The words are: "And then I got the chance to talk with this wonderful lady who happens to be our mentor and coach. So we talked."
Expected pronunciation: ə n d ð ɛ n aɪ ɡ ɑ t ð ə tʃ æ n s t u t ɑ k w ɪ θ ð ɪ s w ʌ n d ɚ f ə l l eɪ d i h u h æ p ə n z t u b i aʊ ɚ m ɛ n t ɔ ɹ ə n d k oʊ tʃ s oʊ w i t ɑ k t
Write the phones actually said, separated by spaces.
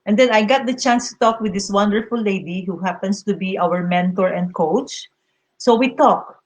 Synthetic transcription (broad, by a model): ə n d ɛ n aɪ ɡ ɑ t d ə tʃ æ n s t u t ɑ k w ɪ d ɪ s w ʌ n d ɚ f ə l l eɪ d i h u h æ p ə n s t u b i aʊ ɚ m ɛ n t ɔ ɹ ə n d k oʊ tʃ s oʊ w i t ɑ k